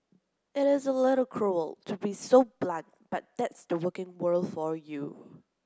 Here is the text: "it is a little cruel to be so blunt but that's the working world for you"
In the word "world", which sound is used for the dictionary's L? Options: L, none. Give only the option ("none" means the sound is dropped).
L